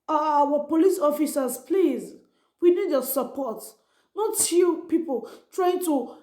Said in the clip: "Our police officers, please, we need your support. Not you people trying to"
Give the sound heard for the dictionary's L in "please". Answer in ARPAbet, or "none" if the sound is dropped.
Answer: L